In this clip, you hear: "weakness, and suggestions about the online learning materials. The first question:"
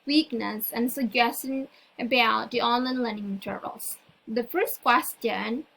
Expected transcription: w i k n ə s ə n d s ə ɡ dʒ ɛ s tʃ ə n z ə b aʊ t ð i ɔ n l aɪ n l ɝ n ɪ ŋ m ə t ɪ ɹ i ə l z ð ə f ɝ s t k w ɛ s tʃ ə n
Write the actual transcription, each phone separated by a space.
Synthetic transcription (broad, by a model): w i k n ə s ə n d s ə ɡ dʒ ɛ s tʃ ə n ə b aʊ t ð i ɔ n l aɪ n l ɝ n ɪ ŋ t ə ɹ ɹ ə l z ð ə f ɝ s t k w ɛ s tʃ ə n